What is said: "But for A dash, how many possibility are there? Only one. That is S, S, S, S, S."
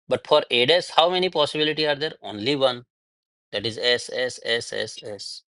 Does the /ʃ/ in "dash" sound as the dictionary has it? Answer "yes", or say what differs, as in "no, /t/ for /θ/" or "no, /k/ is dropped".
no, /s/ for /ʃ/